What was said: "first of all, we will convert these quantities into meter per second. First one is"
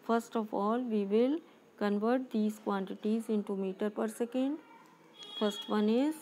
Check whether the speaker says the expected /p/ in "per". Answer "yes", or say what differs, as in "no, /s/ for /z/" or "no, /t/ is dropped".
yes